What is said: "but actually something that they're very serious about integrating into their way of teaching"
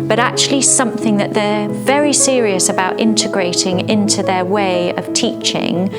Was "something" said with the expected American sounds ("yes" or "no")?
yes